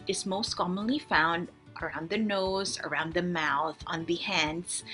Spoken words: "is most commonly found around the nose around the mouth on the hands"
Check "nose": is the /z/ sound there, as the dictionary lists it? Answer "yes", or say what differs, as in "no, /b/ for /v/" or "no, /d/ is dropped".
yes